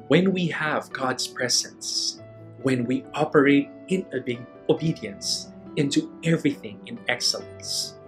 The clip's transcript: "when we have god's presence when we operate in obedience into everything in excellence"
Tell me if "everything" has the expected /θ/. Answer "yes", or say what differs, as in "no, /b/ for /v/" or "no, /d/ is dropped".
yes